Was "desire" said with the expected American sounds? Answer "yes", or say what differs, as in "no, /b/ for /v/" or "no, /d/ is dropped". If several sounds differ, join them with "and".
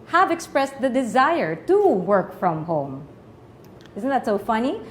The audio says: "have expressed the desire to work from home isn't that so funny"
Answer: yes